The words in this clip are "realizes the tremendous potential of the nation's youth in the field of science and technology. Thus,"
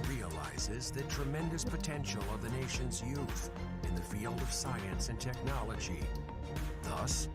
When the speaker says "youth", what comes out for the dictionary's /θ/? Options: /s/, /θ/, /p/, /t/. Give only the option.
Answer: /θ/